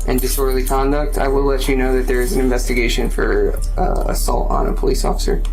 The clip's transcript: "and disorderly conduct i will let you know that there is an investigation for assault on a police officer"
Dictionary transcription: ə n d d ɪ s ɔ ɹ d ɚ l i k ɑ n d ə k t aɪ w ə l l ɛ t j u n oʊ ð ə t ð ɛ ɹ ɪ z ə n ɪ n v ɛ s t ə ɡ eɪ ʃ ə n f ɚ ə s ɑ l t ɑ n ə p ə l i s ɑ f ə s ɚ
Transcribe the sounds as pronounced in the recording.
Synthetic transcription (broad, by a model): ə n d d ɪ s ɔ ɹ l i k ɑ n d ə k t aɪ w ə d l ɛ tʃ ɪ n oʊ ð ə t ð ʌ ɹ ɪ z n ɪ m v ɛ s t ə ɡ eɪ ʃ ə n f ɚ ə s ɑ l t n ə p ə l i s ɑ f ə s ɚ